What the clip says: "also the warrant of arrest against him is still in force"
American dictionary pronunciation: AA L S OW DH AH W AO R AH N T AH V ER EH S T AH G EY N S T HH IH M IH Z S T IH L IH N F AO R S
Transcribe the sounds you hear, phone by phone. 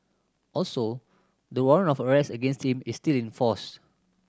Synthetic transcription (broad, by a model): AA L S OW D AH W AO R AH N AH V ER EH S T AH G EY N S T HH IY M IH S T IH L IH N F AO S